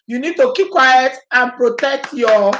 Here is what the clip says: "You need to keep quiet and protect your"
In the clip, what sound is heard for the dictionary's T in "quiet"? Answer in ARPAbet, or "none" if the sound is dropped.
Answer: T